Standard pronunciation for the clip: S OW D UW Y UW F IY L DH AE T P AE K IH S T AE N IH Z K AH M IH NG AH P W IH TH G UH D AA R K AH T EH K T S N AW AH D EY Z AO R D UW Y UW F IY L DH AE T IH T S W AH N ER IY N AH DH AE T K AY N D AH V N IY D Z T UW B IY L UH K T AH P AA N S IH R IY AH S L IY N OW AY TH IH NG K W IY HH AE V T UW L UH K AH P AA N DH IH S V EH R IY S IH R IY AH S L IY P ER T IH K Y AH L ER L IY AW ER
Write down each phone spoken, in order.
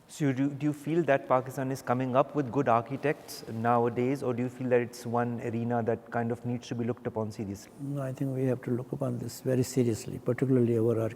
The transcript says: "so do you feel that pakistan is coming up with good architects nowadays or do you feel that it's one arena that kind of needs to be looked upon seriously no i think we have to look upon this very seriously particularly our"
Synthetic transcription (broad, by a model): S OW D UW Y UW F IY L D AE T P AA K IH S T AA N IH Z K AH M IH NG AH P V IH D G UH D AA R K AH T EH K T S N AW AH D EY Z AO R D UW Y UW F IY L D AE T IH T S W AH N ER IY N AH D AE T K AY N D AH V N IY D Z T UW B IY L UH K T AH P AA N S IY R IY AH S L IY AY T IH NG K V IY HH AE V T UW L UH K AH P AA N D IH S V EH R IY S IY R IY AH S L IY P ER T IH K Y AH L ER L IY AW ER